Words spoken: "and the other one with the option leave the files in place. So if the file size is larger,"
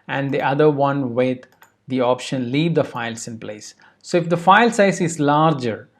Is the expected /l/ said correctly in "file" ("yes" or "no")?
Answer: yes